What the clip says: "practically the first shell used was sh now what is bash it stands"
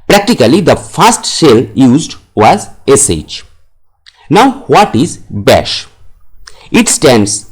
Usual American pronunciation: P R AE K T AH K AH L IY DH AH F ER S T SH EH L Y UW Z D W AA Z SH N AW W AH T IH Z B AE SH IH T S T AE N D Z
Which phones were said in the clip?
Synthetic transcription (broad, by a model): P R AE K T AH K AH L IY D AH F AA S T S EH L Y UW Z D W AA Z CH N AW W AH T IH Z B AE SH IH T S T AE N D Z